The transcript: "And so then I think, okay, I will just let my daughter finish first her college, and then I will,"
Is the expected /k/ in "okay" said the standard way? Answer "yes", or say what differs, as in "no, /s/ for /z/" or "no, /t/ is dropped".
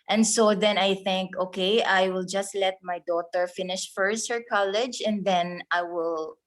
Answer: yes